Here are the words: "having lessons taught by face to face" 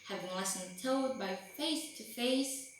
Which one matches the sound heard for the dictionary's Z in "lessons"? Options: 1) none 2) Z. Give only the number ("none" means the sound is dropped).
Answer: 1